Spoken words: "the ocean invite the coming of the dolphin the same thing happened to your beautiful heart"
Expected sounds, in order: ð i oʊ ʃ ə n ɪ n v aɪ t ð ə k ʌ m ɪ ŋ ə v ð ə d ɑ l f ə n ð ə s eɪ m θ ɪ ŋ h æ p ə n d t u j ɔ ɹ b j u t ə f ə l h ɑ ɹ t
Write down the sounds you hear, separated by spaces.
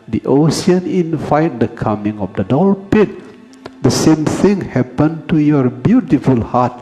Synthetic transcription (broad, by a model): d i oʊ s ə n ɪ n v aɪ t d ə k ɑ m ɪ ŋ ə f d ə d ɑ l p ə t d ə s eɪ m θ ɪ ŋ h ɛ p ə n t u j ɔ ɹ b j u t ə f ə l h ɑ t